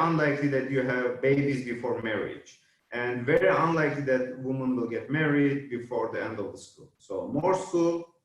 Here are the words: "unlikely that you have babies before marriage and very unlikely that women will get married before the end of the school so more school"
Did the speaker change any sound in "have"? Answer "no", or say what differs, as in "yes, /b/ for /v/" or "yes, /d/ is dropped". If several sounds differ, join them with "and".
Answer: no